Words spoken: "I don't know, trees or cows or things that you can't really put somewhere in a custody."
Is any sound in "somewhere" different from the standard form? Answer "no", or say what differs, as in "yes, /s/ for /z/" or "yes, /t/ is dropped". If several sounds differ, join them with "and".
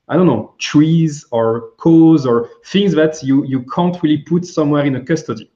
no